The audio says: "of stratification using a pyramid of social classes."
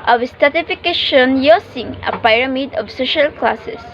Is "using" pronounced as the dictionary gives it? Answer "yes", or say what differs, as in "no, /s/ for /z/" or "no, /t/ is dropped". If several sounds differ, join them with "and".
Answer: no, /s/ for /z/